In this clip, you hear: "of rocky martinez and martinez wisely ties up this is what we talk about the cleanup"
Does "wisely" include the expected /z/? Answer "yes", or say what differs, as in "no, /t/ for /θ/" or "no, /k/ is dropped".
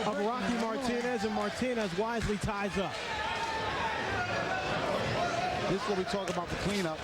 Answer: yes